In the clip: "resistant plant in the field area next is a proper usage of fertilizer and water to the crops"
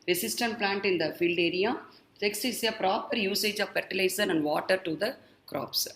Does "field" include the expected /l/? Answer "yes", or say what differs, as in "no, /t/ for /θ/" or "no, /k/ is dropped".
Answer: yes